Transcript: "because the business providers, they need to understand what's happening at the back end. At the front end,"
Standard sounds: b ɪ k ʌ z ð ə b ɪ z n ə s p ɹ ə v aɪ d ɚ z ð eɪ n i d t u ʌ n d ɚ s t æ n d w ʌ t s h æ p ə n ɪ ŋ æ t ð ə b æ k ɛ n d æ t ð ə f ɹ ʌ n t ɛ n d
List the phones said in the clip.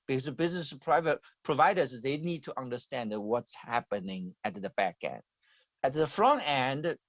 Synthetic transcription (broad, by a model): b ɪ k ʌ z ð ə b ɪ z n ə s p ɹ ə v aɪ d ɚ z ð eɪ n i d t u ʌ n d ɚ s t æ n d w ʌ t s h æ p ə n ɪ ŋ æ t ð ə b æ k ɛ n d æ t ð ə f ɹ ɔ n ɛ n d